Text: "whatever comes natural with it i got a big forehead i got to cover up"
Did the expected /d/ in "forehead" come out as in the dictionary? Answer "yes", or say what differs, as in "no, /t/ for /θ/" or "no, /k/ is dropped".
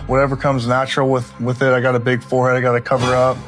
yes